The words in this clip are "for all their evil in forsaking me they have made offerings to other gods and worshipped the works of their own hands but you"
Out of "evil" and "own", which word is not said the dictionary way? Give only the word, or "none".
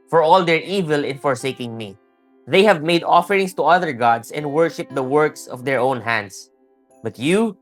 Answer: none